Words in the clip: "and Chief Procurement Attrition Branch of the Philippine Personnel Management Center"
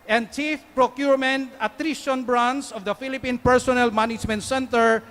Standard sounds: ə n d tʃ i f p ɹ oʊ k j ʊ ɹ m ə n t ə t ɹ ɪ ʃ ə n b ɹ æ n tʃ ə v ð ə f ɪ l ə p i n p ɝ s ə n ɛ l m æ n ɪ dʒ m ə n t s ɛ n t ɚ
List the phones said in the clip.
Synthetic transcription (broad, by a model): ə n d tʃ i f p ɹ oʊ k j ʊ ɹ m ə n t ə t ɹ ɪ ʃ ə n b ɹ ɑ n s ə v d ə f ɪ l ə p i n p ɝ s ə n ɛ l m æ n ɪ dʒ m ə n t s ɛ n t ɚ